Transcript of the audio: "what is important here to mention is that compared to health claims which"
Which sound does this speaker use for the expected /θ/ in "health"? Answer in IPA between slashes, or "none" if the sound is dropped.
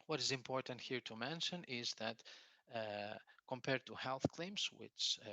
/θ/